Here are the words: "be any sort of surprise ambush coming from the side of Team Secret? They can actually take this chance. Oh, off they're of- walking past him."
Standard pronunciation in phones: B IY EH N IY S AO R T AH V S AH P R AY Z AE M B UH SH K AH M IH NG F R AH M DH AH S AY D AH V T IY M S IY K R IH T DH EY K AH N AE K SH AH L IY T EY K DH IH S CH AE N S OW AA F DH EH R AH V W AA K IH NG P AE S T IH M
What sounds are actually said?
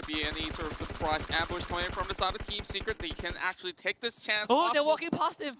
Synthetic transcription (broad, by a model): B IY EH N IY S AO R T AH V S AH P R AY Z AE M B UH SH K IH IH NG F R AH M DH AH S AY D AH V T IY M S IY K R IH T DH EY K AH N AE K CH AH L IY T EY K DH IH S CH AE N S OW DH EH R W AA K IH NG P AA S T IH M